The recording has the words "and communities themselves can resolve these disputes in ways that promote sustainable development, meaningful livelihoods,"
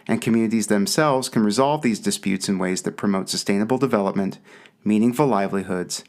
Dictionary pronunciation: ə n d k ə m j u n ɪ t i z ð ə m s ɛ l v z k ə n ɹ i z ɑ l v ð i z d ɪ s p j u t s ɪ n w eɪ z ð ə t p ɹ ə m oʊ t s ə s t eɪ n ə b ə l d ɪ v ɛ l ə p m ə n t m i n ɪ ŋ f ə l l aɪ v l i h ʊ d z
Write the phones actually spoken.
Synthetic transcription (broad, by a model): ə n k ə m j u n ɪ t i z ð ə m s ɛ l v z k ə n ɹ i z ɑ l v ð i z d ɪ s p j u t s ɪ n w eɪ z ð ə t p ɹ ə m oʊ t s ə s t eɪ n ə b l d ɪ v ɛ l ə p m ə n t m i n ɪ ŋ f ə l l aɪ v l i h ʊ d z